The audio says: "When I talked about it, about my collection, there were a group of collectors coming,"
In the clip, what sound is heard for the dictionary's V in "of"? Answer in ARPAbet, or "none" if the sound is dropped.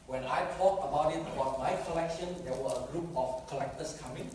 F